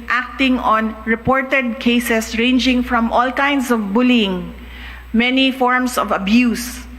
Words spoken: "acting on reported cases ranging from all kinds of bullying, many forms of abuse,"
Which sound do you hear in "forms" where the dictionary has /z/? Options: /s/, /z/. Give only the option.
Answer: /s/